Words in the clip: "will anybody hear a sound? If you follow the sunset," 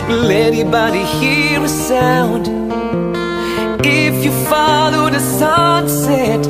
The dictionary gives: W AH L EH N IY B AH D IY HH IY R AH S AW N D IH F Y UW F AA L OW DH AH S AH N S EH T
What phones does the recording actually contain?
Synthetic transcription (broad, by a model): L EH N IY B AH D IY HH IY R AH S AW N D IH F Y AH F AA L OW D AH S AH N S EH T